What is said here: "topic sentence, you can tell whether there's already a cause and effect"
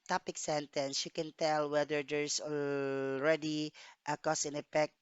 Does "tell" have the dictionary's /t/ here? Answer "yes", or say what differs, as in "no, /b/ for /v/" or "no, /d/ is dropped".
yes